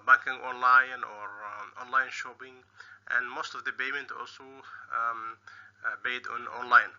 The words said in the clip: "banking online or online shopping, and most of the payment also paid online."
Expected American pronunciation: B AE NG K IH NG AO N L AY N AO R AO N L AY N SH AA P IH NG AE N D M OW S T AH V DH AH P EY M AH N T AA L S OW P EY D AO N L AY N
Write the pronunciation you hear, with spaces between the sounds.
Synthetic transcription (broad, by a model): B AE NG K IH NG AO N L AY N AO R AO N L AY N SH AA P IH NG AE N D M OW S T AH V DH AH B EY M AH N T AA L S OW B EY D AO N L AY N